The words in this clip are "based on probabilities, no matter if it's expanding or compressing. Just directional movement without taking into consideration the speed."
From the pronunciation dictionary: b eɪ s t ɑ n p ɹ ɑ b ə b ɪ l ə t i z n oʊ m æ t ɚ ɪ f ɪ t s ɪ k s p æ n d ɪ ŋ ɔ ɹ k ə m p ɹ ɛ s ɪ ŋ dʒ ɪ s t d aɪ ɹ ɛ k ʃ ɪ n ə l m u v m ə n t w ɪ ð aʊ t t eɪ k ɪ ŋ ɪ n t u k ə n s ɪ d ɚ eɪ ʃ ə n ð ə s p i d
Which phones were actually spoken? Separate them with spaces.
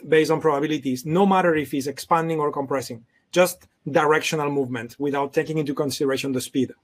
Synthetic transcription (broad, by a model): b eɪ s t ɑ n p ɹ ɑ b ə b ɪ l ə t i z n oʊ m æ t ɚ ɪ f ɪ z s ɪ k s p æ n d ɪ ŋ ɔ ɹ k ə m p ɹ ɛ s ɪ ŋ dʒ ɪ s t d aɪ ɹ ɛ k ʃ ɪ n ə l m u v m ə n t w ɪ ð aʊ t t eɪ k ɪ ŋ ɪ n t u k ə n s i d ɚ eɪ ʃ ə n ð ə s p i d